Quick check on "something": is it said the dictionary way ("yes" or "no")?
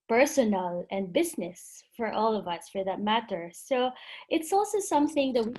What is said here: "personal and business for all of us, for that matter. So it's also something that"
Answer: yes